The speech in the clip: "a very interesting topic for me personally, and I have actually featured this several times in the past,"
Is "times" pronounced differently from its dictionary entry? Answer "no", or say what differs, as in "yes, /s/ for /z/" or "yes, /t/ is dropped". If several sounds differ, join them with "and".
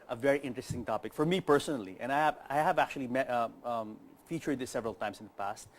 yes, /s/ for /z/